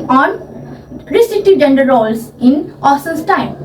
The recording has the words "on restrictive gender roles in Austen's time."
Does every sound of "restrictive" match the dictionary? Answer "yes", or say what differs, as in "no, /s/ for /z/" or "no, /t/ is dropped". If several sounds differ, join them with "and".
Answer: no, /k/ is dropped